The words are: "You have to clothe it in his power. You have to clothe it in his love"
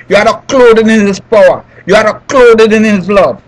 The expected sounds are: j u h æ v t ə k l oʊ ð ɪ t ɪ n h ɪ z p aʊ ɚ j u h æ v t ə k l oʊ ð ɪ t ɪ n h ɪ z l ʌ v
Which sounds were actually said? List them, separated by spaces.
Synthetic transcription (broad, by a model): j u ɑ t ə k l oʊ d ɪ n ɪ n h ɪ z p aʊ ɚ j u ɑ t ə k l oʊ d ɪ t ɪ n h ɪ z l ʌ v